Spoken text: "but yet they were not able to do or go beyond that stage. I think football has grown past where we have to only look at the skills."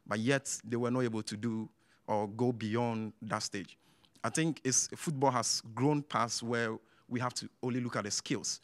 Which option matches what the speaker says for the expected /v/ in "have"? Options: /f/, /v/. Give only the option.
/f/